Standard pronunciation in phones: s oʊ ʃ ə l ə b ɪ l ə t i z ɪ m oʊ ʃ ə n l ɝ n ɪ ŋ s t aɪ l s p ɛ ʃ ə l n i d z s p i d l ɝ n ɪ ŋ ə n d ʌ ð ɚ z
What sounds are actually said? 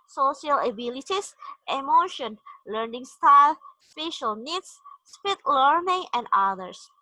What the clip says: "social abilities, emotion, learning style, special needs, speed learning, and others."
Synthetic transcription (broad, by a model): s oʊ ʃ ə l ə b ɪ l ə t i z ɪ m oʊ ʃ ə n l ɝ n ɪ ŋ s t aɪ l s p ɛ ʃ ə l n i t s s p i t l ɝ n ɪ ŋ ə n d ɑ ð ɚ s